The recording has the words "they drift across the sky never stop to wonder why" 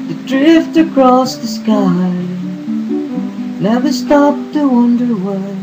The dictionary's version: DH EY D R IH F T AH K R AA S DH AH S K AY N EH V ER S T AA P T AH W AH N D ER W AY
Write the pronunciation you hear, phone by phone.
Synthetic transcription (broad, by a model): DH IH D R IH F T AH K R AA S DH AH S K AY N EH W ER S T AA P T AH W AH N D ER W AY